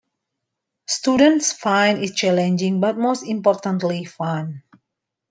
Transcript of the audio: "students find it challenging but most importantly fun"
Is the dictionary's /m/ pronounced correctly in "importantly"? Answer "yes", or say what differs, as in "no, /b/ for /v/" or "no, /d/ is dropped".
yes